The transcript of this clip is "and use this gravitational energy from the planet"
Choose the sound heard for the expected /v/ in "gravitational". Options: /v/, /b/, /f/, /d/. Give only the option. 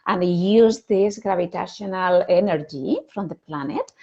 /b/